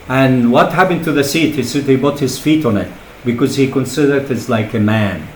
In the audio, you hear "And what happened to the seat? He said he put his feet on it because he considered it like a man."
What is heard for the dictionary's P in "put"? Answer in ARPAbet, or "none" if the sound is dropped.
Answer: B